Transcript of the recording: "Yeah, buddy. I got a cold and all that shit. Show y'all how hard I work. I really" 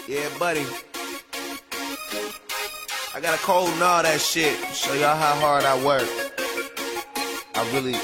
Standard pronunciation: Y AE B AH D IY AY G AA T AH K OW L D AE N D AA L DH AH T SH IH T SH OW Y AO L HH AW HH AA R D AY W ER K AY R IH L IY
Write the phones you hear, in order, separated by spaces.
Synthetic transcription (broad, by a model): Y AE B AH D IY AY G AA T AH K OW L D N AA DH AH T SH IH T S OW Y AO HH AW HH AA R D AY W ER K AY R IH L IY